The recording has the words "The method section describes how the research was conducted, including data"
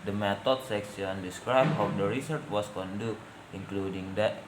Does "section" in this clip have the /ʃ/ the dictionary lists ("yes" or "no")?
no